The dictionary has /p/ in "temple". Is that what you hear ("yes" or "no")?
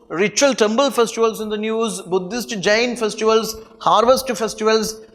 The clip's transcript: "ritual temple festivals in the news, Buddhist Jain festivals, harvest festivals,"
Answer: no